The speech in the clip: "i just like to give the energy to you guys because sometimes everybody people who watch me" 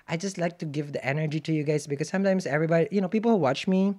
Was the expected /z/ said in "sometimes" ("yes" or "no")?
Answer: no